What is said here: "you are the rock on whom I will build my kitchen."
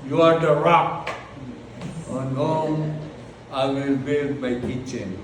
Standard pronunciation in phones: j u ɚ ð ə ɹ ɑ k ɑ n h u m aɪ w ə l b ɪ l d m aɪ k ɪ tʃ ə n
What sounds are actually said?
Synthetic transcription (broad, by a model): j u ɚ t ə ɹ ɑ k ɑ n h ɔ aɪ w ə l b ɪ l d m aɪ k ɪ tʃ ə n